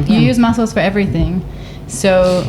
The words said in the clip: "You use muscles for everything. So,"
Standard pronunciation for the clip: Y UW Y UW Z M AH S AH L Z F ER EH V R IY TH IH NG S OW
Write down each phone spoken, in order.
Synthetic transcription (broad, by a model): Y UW Y UW Z M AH S L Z F ER EH V R IY TH IH NG S OW